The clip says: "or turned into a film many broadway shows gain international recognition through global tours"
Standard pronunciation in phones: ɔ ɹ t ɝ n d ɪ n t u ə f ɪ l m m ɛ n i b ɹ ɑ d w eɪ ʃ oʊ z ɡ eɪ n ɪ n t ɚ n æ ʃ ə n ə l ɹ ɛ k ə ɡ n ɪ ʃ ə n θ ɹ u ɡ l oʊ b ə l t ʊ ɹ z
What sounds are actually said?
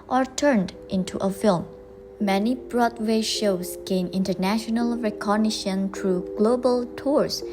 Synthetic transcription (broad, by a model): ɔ ɹ t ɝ n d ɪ n t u ə f ɪ l m m ɛ n i b ɹ ɑ d w eɪ ʃ oʊ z ɡ eɪ n ɪ n t ɚ n æ ʃ ə n ə l ɹ ɛ k ə ɡ n ɪ ʃ ə n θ ɹ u ɡ l oʊ b ə l t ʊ ɹ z